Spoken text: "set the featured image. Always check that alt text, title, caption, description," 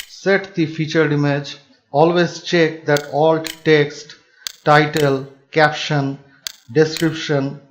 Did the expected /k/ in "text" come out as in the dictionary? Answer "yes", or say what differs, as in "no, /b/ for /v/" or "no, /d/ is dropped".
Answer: yes